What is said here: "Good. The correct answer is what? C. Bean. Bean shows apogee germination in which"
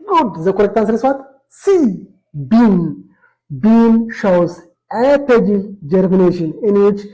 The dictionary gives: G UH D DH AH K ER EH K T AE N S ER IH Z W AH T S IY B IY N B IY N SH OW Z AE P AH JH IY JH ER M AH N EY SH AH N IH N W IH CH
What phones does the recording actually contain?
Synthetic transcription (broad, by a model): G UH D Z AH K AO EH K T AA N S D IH S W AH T S IY B IY N B IY N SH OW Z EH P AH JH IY JH ER M AH N EY SH AH N IH N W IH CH